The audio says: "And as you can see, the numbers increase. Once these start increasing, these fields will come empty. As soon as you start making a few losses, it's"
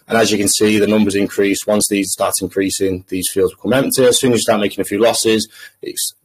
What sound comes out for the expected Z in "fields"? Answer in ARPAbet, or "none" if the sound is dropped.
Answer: Z